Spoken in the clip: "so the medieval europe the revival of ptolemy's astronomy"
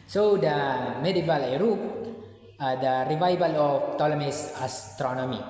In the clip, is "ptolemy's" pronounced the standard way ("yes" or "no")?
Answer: no